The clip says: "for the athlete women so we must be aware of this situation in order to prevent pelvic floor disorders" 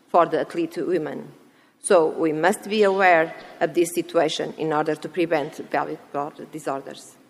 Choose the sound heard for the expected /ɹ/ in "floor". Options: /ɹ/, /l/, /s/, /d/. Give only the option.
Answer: /l/